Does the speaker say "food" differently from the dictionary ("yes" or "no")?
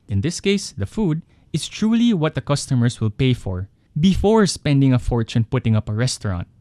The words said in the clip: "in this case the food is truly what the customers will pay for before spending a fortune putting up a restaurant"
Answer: no